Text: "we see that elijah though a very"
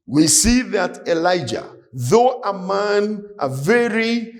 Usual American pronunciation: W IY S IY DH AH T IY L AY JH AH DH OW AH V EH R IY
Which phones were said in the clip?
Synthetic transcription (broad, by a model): W IY S IY DH AH T IY L AY JH AH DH OW AH V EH R IY